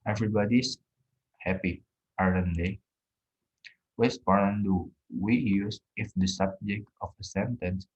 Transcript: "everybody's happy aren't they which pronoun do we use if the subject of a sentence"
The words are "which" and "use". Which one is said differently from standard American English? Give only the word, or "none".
which